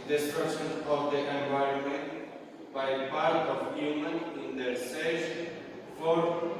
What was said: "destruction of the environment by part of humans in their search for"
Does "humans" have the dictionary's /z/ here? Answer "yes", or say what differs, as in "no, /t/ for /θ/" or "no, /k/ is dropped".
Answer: no, /z/ is dropped